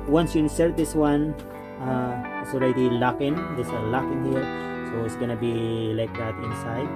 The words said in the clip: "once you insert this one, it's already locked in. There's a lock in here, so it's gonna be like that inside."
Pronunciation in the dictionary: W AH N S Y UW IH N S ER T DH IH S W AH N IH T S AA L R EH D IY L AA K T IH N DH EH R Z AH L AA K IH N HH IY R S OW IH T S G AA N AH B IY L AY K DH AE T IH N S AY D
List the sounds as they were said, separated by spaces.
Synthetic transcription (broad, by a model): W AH N S Y UW IH N S ER T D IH S W AH N IH T S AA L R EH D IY L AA K IH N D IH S AH L AA K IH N HH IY R S OW IH T S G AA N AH B IY L AY K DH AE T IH N S AY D